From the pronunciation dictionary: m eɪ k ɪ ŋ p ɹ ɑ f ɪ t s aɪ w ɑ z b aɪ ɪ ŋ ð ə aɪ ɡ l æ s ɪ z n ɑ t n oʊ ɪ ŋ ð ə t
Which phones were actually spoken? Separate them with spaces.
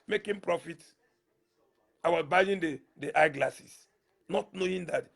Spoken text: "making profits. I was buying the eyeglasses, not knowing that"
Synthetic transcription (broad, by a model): m eɪ k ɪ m p ɹ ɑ f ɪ t aɪ w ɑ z b aɪ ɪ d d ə aɪ ɡ l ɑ s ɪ s n ɑ t n oʊ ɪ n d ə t